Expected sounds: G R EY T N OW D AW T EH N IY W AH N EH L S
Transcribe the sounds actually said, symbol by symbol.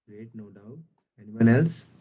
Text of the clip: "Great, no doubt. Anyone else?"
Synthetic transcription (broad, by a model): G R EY T N OW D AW EH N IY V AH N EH L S